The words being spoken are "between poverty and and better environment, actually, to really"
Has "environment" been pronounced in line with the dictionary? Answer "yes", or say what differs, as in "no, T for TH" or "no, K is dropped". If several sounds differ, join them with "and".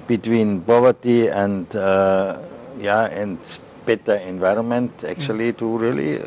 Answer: yes